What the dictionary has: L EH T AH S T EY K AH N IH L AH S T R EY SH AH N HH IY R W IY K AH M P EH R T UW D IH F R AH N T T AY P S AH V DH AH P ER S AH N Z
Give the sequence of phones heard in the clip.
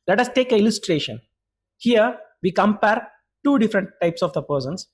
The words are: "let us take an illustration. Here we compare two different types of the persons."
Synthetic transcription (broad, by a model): L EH T AH S T EY K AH IH L AH S T R EY SH AH N HH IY R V IY K AH M P EH R T UW D IH F R AH N T T AY P S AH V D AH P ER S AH N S